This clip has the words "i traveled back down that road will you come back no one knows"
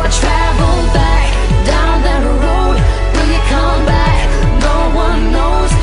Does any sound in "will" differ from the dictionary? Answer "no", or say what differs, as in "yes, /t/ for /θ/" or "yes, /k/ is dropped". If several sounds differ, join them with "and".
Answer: yes, /n/ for /l/